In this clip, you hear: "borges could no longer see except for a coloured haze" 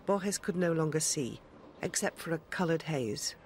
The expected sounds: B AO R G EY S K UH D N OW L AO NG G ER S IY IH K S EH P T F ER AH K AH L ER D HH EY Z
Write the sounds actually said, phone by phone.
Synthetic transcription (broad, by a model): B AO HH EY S K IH D N OW L AO NG G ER S IY IH K S EH P T F ER AH K AH L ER D HH EY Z